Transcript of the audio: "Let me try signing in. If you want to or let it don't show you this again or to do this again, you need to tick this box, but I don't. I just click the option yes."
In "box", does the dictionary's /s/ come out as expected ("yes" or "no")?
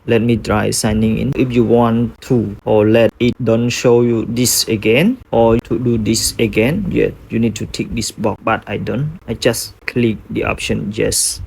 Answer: no